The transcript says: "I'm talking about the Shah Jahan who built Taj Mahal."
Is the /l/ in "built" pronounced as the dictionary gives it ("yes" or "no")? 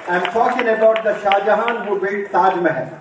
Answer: no